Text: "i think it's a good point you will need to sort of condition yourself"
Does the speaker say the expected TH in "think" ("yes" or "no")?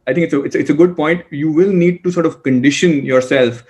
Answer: no